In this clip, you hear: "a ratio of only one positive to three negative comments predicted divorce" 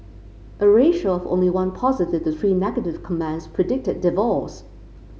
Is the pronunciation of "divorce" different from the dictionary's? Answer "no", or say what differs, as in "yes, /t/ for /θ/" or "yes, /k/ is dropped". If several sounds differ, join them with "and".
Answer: yes, /l/ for /ɹ/